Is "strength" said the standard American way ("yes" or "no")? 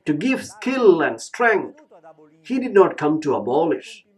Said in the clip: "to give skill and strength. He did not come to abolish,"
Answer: no